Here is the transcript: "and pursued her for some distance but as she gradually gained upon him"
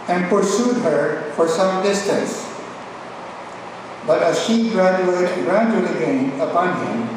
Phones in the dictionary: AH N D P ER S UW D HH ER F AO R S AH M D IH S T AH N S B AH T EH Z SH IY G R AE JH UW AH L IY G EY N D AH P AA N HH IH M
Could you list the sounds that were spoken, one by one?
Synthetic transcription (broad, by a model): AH N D P ER S UW D HH ER F AO R S AH M D IH S T AH N S B AH T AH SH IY G R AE JH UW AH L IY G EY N AH P AA N HH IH M